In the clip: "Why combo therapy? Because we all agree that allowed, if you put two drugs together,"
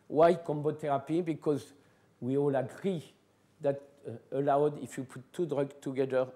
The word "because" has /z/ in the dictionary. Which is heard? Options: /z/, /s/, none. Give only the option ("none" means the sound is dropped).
/z/